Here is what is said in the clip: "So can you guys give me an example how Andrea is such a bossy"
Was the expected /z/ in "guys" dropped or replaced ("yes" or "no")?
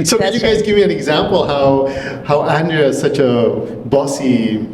no